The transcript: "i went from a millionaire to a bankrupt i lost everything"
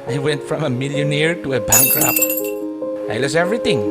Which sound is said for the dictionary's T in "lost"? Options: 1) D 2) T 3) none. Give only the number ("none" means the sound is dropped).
3